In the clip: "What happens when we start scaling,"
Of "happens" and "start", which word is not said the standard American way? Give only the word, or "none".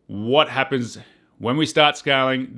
none